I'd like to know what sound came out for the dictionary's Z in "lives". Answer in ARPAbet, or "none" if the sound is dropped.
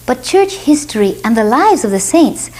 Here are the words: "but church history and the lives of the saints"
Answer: Z